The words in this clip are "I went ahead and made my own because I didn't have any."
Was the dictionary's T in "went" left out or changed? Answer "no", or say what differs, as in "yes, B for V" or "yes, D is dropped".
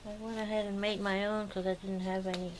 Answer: yes, T is dropped